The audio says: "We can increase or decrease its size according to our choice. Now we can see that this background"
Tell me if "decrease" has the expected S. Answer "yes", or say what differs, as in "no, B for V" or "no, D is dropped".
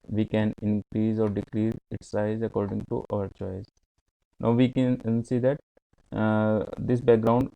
no, S is dropped